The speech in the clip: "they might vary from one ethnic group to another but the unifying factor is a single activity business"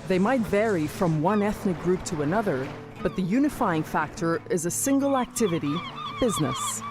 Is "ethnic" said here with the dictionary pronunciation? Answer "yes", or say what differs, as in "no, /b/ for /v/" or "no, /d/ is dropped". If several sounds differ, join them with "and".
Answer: yes